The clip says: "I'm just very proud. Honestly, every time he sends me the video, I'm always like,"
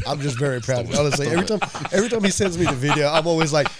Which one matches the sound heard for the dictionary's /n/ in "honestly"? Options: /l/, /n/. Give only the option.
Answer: /l/